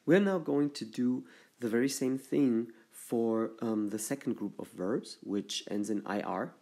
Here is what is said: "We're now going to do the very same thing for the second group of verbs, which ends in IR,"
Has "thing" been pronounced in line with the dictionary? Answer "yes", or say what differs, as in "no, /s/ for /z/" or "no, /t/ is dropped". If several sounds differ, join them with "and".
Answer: yes